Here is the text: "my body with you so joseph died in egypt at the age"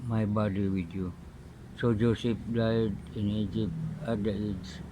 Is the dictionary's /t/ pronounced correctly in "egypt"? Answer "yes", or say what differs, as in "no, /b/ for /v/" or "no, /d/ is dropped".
no, /t/ is dropped